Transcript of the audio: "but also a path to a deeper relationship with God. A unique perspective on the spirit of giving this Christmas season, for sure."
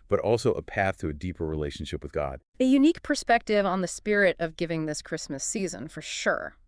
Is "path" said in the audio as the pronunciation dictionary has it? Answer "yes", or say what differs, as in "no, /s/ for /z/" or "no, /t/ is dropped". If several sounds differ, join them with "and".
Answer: yes